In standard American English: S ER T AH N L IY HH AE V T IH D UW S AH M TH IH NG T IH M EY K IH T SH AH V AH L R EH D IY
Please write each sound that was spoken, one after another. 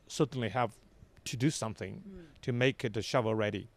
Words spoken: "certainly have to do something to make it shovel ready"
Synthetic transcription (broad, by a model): S ER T N L IY HH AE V T IH D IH S AH M TH IH NG T IH M EY K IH T SH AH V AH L R EH D IY